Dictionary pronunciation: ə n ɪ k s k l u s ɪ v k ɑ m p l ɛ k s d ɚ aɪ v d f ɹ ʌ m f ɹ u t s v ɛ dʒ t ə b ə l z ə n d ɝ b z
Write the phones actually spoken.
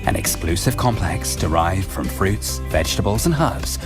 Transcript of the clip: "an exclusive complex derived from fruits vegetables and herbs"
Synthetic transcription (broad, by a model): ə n ɪ k s k l u s ɪ v k ɑ m p l ɛ k s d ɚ aɪ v f ɹ ʌ m f ɹ u t s v ɛ dʒ t ə b ə l z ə n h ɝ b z